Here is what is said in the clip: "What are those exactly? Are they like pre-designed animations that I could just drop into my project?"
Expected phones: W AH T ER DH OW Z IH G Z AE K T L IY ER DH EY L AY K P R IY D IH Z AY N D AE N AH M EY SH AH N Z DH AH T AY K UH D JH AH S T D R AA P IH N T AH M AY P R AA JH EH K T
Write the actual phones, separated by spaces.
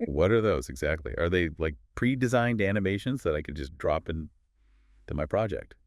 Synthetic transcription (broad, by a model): W AH T ER DH OW Z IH G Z AE K T L IY ER DH EY L AY K P R IY D IH Z AY N D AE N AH M EY SH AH N Z DH AH T AY K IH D JH AH S D R AA P IH N T AH M AY P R AA JH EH K T